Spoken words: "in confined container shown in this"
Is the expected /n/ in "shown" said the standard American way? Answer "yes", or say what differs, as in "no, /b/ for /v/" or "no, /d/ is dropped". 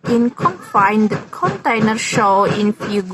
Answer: no, /n/ is dropped